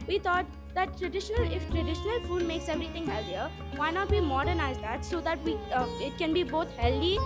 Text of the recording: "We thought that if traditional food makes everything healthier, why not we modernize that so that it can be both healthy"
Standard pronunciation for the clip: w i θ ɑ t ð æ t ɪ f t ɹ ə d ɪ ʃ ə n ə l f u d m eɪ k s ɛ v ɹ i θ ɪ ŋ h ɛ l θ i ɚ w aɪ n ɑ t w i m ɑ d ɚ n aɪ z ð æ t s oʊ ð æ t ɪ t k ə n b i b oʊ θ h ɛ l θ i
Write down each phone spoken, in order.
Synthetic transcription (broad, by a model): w i t ɑ t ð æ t ɪ f t ɹ ə d ɪ ʃ ə n ə l f u d m eɪ k s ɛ v ɹ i t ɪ ŋ h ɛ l t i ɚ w aɪ n ɑ t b i m ɑ d ɚ n aɪ z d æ t s oʊ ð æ t ɪ t k ə n b i b oʊ t h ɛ l i